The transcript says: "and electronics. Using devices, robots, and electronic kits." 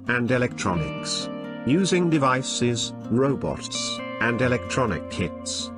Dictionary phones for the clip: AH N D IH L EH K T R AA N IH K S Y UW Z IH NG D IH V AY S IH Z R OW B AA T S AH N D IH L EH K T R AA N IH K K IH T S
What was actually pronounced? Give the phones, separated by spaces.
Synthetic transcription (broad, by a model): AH N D IH L EH K T R AA N IH K S Y UW Z IH NG D IH V AY S IH Z R OW B AA T S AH N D IH L EH K T R AA N IH K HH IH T S